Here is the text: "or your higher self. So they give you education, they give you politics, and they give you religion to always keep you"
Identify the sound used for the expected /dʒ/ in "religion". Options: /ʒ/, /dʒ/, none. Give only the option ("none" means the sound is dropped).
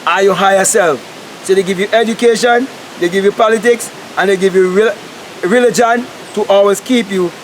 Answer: /dʒ/